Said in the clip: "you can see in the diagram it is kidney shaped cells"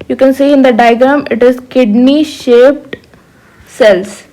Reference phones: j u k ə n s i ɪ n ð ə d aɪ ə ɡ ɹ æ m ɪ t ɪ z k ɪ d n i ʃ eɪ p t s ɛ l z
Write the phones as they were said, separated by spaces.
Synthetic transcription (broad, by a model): j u k ə n s i ɪ n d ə d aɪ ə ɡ ʌ m ɪ t ɪ z k ɪ d n i ʃ eɪ p t s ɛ l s